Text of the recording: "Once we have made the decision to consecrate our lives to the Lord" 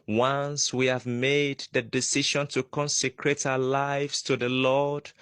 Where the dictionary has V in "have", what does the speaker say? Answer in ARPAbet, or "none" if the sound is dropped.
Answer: V